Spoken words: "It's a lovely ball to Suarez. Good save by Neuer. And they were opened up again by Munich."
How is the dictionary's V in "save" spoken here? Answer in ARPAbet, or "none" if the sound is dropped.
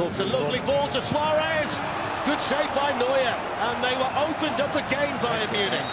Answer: P